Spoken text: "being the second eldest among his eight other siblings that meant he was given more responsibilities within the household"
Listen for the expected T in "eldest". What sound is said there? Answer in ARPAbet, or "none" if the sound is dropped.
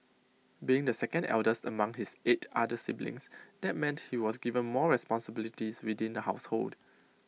T